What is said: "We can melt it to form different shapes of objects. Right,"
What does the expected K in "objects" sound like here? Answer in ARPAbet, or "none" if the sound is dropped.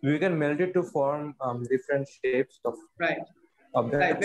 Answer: none